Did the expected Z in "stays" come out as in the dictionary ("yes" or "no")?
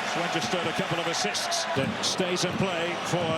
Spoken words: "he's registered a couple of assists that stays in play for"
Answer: yes